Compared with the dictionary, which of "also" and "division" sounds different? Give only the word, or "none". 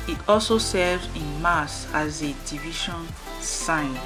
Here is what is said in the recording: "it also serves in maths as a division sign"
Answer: division